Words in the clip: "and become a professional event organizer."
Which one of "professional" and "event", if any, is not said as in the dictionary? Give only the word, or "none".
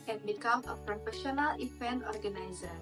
event